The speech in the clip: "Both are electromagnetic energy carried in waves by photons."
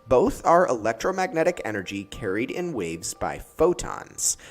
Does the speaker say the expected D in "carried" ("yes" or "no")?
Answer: yes